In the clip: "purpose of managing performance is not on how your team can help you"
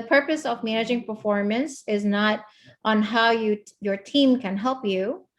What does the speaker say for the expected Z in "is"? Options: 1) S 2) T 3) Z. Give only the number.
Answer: 3